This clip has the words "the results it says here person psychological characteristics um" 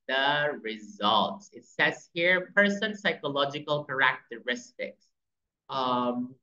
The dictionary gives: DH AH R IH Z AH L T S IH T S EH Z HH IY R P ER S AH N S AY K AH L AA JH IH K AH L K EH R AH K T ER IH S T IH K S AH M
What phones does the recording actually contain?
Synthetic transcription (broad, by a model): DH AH R IH Z AH L T S IH T S EH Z HH IY R P ER S AH N S AY K AH L AA JH IH K AH L K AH R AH K T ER IH S T IH K S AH M